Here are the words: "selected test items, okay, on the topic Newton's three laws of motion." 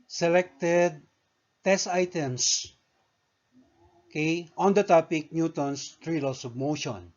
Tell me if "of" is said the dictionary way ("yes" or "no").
no